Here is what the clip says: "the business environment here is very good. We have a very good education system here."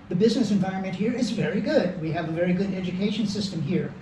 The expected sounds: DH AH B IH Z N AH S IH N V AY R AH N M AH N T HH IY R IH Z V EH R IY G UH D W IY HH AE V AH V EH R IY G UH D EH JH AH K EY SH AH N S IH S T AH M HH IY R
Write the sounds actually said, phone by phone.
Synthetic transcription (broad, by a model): DH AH B IH Z N AH S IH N V AY R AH N M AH N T HH IY R IH Z V EH R IY G UH D W IY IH V AH V EH R IY G UH D EH JH AH K EY SH AH N S IH S T AH M HH IY R